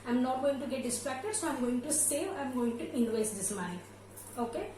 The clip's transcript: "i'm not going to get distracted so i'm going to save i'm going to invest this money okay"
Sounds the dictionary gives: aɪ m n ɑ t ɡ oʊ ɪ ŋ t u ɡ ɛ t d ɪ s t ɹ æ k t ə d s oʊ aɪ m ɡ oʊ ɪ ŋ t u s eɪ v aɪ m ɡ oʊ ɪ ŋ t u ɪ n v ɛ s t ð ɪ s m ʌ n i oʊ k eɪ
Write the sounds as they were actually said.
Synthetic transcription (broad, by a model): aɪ m n ɑ t ɡ oʊ ɪ ŋ t u ɡ ɛ t d ɪ s t ɹ æ k t ə d s oʊ aɪ m ɡ oʊ ɪ ŋ t u s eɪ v aɪ m ɡ oʊ ɪ ŋ t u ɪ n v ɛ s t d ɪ s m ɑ i oʊ k eɪ